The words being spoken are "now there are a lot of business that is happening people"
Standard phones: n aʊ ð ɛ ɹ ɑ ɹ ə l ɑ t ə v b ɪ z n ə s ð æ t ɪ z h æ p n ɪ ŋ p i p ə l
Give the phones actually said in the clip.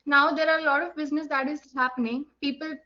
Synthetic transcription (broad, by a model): n aʊ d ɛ ɹ ɑ ɹ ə l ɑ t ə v b ɪ z n ə s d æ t ɪ z h æ p n ɪ ŋ p i p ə l